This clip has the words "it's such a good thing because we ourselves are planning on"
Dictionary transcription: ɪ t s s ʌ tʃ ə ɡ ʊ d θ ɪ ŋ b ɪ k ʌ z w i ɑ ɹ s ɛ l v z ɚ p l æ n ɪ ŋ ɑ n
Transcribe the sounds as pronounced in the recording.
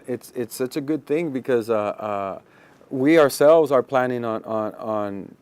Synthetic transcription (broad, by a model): ɪ t s s ʌ tʃ ə ɡ ʊ d θ ɪ ŋ b ɪ k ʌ z w i ɑ ɹ s ɛ l v z ɚ p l æ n ɪ ŋ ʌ n